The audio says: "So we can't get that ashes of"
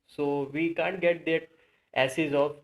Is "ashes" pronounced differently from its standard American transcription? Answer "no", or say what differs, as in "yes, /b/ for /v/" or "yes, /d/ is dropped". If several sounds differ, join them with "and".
yes, /s/ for /ʃ/